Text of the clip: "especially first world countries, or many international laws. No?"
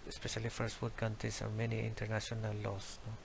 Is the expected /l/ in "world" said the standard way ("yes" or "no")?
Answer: no